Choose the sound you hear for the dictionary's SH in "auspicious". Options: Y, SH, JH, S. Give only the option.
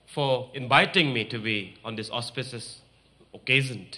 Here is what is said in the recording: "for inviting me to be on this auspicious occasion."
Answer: S